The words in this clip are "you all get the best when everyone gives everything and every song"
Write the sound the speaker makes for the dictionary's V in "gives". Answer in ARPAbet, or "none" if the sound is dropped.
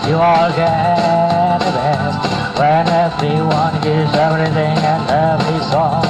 none